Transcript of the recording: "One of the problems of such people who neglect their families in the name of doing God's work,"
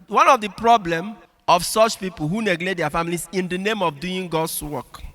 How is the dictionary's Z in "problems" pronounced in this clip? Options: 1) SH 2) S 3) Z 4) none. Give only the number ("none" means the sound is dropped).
4